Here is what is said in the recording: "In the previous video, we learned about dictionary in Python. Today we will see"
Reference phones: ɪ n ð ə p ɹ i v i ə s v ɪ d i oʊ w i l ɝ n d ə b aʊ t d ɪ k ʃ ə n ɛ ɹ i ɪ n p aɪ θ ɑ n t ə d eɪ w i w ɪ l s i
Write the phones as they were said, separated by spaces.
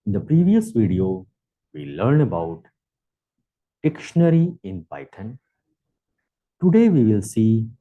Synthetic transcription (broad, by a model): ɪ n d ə p ɹ i v i ə s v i d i oʊ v i l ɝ n ə b aʊ t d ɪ k ʃ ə n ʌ ɹ i ɪ n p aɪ t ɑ n t ə d eɪ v i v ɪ l s i